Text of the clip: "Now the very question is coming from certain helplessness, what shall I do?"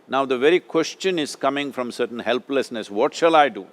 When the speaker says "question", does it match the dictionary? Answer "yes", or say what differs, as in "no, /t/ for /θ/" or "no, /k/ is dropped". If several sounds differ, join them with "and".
yes